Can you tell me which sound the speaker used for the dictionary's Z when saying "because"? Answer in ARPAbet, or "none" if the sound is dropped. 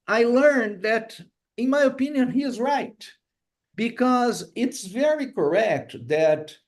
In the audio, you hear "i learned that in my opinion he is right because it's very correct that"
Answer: Z